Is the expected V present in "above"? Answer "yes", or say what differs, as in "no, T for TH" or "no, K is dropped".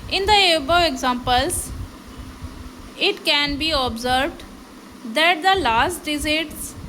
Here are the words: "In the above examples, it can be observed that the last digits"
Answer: no, V is dropped